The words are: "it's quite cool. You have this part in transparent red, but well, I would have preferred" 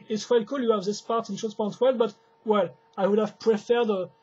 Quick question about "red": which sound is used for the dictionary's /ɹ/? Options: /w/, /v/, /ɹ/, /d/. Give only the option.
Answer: /w/